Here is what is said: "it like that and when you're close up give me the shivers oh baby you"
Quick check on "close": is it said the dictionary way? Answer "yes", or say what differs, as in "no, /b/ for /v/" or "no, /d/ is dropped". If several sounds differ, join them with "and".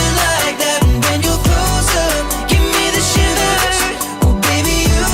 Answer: no, /l/ is dropped